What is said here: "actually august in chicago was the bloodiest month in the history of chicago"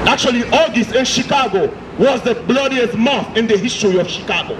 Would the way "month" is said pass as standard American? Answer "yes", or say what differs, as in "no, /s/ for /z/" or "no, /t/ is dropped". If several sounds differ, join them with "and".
no, /n/ is dropped